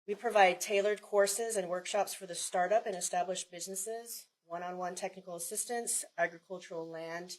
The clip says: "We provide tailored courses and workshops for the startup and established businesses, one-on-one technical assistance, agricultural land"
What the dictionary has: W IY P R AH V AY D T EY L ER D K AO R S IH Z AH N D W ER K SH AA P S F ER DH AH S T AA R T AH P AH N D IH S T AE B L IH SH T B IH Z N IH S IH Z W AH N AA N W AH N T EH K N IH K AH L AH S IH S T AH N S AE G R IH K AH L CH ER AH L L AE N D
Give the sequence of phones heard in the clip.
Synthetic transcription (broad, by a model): W IY P R AH V AY D T EY L ER D K AO R S IH Z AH N W ER K SH AA P S F ER DH AH S T AA R T AH P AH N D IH S T AE B L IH SH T B IH Z N IH S IH Z W AH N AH N W AH N T EH K N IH K L AH S IH S T AH N S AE G R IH K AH L CH ER L L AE N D